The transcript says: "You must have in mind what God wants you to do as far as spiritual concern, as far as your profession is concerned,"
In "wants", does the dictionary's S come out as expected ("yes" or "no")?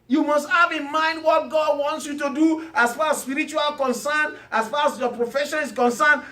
yes